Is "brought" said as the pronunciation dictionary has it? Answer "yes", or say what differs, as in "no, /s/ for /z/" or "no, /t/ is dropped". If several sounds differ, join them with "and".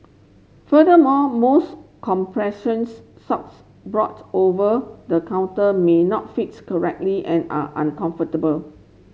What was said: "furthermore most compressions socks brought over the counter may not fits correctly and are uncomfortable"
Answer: yes